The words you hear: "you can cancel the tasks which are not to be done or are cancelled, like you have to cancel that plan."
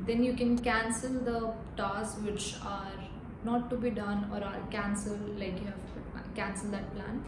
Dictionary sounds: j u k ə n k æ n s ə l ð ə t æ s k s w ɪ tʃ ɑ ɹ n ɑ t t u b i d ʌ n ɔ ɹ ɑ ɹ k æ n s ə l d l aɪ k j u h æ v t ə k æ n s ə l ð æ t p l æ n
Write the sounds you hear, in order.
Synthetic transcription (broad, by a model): j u k ə n k æ n s ə l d ə t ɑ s s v ɪ tʃ ɑ ɹ n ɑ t t u b i d ʌ n ɔ ɹ ɑ ɹ k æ n s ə l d l aɪ k j u h æ v k æ n s ə l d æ t p l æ n